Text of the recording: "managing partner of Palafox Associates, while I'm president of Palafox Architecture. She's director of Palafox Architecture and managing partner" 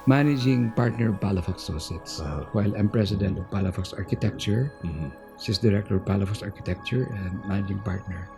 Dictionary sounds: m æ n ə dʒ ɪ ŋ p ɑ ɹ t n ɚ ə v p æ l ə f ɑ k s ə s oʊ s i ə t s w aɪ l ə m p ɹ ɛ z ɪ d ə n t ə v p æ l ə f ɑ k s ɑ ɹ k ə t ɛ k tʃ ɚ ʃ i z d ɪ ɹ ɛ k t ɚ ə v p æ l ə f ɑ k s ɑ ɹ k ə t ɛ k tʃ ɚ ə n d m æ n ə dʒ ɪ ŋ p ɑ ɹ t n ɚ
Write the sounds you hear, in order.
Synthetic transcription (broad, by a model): m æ n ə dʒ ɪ ŋ p ɑ ɹ t n ɚ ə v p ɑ l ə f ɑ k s s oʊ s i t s w aɪ l ə m p ɹ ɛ s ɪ d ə n t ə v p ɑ l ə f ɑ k s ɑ ɹ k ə t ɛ k tʃ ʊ s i s d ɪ ɹ ɛ k t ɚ ə v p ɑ l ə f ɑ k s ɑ ɹ k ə t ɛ k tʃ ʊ ə n d m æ n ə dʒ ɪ ŋ p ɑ ɹ t n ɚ